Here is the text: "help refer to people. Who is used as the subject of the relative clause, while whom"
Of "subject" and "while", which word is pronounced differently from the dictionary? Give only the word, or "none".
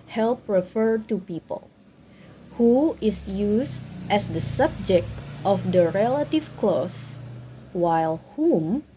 none